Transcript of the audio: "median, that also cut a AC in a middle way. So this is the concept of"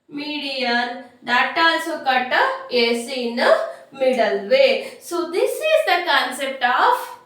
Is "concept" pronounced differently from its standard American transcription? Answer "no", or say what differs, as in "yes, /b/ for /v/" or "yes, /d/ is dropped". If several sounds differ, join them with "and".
no